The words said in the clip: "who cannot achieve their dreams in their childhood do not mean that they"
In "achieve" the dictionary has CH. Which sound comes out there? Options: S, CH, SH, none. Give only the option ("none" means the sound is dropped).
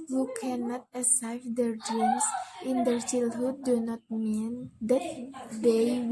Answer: S